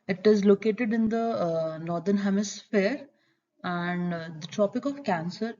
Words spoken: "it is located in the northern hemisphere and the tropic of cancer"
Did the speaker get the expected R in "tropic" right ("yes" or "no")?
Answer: yes